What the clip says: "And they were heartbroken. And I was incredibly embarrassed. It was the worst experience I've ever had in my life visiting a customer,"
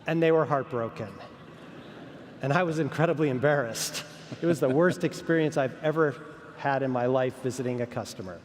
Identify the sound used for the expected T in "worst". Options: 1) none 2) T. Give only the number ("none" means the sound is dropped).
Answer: 2